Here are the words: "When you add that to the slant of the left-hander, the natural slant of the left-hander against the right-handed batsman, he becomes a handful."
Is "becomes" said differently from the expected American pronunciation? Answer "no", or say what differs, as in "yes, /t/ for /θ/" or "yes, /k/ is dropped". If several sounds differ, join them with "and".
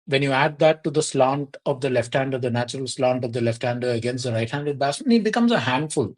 no